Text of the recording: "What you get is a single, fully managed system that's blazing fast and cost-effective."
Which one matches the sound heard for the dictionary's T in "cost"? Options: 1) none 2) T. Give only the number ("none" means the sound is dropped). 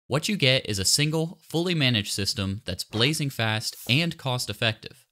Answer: 2